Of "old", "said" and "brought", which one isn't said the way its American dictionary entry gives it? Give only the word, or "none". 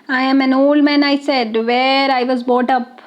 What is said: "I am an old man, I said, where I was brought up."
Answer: brought